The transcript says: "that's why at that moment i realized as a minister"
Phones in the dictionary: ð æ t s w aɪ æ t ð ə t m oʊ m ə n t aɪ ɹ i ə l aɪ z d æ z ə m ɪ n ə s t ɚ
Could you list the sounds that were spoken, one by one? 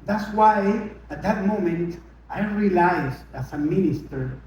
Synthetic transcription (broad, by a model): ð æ t s w aɪ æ t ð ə t m oʊ m ə n t aɪ ɹ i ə l aɪ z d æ s ə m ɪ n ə s t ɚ